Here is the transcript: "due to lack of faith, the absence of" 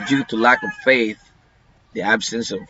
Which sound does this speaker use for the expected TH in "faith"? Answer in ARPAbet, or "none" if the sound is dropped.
TH